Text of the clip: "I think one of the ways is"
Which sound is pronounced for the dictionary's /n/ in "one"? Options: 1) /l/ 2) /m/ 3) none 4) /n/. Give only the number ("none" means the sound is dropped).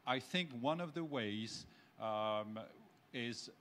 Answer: 4